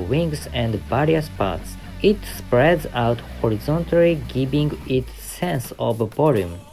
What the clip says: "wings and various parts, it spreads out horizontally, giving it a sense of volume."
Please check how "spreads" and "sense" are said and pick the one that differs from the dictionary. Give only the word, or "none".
none